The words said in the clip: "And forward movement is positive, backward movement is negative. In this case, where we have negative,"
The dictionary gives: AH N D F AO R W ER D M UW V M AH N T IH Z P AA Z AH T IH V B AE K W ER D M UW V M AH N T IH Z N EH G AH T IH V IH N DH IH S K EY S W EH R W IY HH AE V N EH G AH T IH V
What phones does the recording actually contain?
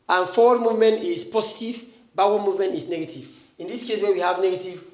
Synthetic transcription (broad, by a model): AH N F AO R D M UW V M AH N T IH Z P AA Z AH T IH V B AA W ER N M UW V M AH N T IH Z N EH G AH T IH V IH N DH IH S K EY S W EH W IY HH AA V N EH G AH T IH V